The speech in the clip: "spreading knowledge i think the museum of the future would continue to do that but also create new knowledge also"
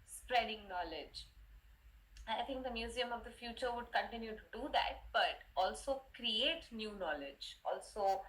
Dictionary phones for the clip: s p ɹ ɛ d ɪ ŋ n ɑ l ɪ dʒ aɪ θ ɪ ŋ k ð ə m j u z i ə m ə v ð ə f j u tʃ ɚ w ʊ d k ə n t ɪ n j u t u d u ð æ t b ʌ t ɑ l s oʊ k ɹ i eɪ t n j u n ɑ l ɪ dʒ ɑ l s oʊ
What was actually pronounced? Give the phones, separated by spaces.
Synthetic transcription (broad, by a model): s p ɹ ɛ d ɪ ŋ n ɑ l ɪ dʒ aɪ t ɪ ŋ k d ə m j u z i ə m ə v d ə f j u tʃ ɚ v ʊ d k ə n t ɪ n j u t u d u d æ t b ʌ t ɑ l s oʊ k ɹ i eɪ t n j u n ɑ l ɪ dʒ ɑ l s oʊ